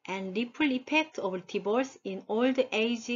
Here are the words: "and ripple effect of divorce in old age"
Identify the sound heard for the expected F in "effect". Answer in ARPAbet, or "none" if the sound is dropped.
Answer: P